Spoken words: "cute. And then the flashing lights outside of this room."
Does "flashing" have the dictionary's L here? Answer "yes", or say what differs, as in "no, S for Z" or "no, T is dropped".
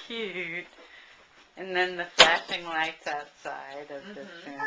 no, L is dropped